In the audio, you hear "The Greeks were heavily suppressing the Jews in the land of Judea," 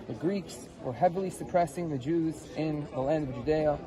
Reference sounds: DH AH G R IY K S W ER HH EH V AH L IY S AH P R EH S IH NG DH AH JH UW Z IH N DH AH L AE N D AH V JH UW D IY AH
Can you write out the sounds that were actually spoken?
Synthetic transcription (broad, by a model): DH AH G R IY K S W ER HH EH V L IY S AH P R EH S IH NG DH AH JH UW Z IH N DH AH L AE N D AH V JH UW D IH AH